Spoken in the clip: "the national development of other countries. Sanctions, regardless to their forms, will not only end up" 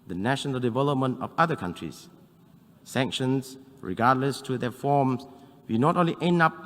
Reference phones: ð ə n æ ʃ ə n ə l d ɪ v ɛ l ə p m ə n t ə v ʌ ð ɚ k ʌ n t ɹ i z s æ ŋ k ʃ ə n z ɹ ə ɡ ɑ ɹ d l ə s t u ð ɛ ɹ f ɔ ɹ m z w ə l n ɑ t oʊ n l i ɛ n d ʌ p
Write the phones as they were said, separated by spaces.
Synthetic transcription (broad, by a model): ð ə n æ ʃ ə n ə l d ɪ v ɛ l ə p m ə n t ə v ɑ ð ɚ k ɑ n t ɹ i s s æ ŋ k ʃ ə n s ɹ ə ɡ ɑ d l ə s t u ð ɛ f ɔ m s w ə n ɑ t oʊ n l i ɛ n ɑ p